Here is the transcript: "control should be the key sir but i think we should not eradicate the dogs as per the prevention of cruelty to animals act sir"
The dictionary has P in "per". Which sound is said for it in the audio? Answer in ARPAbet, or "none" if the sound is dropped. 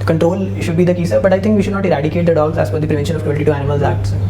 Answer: F